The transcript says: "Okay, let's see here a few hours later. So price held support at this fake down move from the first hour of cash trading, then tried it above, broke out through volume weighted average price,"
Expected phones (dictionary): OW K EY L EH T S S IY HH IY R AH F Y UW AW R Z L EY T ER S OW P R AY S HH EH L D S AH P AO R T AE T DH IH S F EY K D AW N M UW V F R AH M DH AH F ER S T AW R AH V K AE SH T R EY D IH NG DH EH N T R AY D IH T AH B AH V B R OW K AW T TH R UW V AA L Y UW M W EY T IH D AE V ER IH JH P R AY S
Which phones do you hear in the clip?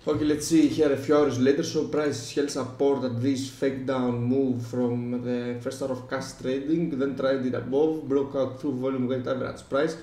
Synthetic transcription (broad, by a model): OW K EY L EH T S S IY HH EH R AH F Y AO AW R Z L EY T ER S OW P R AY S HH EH L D S AH P AO R T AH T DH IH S F EY K D AW N M UW V F R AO M DH AH F ER S T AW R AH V K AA S T R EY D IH NG DH EH N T R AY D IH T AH B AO V B R OW K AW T TH R UW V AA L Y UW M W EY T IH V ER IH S P R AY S